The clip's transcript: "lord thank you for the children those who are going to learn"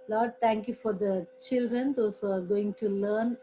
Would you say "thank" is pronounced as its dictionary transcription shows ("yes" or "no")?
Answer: no